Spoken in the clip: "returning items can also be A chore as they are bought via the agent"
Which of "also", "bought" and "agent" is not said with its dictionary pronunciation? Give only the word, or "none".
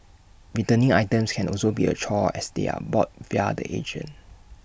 agent